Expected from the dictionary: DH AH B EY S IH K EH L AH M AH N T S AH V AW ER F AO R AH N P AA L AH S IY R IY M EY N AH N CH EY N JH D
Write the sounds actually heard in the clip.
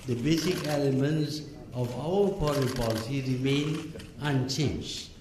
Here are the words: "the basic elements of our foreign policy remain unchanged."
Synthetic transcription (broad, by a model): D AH B EY S IH K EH L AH M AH N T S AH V AW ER P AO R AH P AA L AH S IY R IY M EY N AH N CH EY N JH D